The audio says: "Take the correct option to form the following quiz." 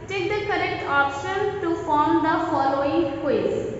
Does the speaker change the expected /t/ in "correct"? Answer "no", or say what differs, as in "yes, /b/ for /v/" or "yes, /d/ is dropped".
no